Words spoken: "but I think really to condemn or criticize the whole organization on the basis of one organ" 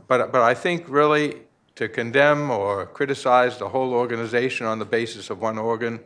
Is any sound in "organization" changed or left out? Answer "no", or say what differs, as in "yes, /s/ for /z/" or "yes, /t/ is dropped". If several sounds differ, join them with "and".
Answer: no